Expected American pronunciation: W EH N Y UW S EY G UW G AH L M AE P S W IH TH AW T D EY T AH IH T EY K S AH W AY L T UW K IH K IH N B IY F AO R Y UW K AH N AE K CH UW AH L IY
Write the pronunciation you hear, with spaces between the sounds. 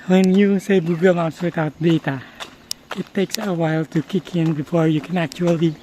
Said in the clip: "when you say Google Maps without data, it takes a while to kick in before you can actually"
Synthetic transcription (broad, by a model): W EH N Y UW S EY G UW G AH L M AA S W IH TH AW T D EY T AH IH T EY K S AH W AY L T UW K IH K IH N B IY F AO R Y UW K AH N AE K CH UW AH L IY